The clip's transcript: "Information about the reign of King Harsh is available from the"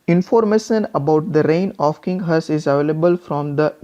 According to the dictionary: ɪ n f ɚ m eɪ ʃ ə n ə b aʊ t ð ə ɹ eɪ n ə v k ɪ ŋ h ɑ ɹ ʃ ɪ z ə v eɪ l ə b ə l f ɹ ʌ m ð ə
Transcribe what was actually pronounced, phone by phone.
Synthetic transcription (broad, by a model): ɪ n f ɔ m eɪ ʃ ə n ə b aʊ t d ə ɹ eɪ n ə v k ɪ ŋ h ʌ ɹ s ɪ z ə v eɪ l ə b ə l f ɹ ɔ m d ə